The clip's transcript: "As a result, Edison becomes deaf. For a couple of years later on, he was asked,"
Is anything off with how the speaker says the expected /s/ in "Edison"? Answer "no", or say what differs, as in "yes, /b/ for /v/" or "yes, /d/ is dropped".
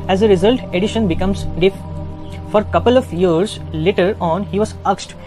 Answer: yes, /ʃ/ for /s/